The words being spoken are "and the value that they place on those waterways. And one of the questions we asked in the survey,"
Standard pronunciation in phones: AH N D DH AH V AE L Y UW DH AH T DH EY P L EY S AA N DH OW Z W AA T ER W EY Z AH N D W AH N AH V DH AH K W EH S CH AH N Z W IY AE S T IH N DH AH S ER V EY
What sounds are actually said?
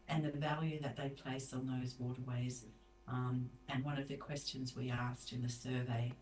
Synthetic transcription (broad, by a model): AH N DH AH V AE L Y UW DH AH T DH EY P L EY S N DH OW Z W AA T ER W EY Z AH N W AH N AH V DH AH K W EH S CH AH N Z W IY AE S T IH N DH AH S ER V EY